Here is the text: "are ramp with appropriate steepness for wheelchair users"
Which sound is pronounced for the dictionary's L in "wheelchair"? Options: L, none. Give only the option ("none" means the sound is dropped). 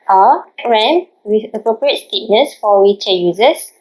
none